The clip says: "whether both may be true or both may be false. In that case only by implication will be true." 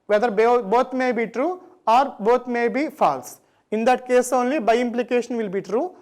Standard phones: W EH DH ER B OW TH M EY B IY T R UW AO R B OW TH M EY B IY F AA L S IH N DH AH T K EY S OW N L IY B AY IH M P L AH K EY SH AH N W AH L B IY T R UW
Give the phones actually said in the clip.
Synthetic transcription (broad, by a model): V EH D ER B OW T M EY B IY T R UW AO R B OW T M EY B IY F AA L S IH N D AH T K EY S OW N L IY B AY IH M P L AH K EY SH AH N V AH L B IY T R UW